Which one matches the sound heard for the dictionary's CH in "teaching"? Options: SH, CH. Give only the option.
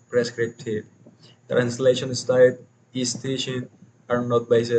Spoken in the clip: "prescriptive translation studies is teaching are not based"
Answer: SH